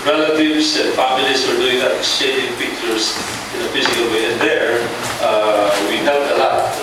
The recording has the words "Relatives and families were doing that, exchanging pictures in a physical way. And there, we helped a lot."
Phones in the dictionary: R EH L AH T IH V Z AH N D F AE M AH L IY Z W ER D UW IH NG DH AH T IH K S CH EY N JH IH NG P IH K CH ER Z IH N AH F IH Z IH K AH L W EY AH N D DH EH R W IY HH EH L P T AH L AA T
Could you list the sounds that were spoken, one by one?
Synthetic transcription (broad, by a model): R EH L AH T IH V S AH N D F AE M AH L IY S W ER D UW IH NG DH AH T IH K S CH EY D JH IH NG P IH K CH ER S IH N AH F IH S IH K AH L W EY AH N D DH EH R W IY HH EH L T AH L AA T